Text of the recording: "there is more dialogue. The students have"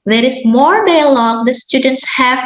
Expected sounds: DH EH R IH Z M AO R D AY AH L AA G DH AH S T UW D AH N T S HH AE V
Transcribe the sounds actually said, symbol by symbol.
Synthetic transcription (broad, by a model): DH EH R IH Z M AO R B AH L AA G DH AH S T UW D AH N T S HH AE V